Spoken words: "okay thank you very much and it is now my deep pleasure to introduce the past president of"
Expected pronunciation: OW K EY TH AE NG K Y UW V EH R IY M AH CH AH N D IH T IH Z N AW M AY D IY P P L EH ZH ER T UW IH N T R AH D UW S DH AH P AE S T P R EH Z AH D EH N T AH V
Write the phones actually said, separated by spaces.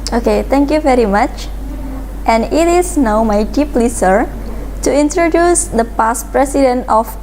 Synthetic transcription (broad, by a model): OW K EY T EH NG K Y UW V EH R IY M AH CH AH N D IH T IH S N AW M AY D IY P P L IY S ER T UW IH N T R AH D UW S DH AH P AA S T P R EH S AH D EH N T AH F